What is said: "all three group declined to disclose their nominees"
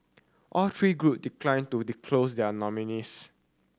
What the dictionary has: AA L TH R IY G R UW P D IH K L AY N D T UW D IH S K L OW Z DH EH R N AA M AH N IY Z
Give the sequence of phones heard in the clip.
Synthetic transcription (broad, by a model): AA L T R IY G R UW P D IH K L AY N T UW D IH K L OW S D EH N AA M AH N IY S